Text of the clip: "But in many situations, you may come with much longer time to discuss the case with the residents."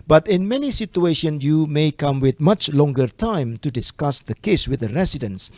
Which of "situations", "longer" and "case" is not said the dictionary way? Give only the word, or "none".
situations